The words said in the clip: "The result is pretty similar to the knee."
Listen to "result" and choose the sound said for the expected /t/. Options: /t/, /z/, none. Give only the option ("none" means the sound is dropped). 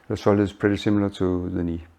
none